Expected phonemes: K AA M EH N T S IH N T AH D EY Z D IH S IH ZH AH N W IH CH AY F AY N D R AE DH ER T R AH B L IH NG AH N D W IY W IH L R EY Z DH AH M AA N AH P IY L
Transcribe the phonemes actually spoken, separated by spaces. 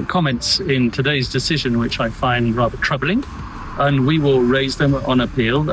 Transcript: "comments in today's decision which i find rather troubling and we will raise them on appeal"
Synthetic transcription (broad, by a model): K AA M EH N T S IH N T AH D EY Z D IH S IH ZH AH N W IH CH AY F AY N D R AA DH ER T R AH B L IH NG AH N W IY W IH L R EY Z DH AH M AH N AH P IY L